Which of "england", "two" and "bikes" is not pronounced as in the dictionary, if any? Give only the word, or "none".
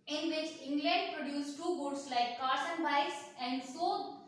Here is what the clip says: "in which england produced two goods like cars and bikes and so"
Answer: bikes